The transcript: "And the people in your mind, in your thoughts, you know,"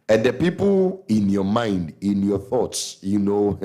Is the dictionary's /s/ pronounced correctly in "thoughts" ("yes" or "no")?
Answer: yes